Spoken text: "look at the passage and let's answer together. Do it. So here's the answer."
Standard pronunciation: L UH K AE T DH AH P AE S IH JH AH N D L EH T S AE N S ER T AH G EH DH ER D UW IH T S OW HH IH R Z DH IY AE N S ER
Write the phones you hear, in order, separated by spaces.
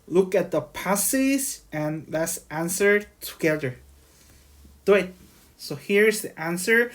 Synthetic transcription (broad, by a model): L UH K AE T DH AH P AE S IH Z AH N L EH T S AE N S ER T AH G EH DH ER D UW IH T S OW HH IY R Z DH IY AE N S ER